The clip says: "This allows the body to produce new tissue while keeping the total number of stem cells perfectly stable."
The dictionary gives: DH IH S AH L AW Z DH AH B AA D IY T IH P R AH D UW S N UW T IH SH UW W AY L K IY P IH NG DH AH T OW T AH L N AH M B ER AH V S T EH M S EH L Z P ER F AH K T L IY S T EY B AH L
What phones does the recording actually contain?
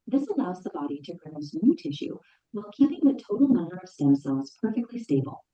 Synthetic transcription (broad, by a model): DH IH S AH L AW Z DH AH B AA D IY T IH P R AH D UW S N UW T IH SH UW W AY L K IY P IH NG DH AH T OW T L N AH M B ER AH V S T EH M S EH L Z P ER F AH K T L IY S T EY B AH L